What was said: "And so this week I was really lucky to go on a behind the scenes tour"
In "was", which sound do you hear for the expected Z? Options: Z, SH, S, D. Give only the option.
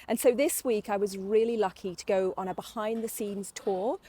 Z